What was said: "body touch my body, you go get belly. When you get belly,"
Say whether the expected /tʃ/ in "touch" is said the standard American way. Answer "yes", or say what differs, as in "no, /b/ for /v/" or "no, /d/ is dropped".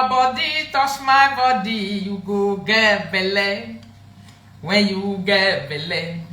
no, /s/ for /tʃ/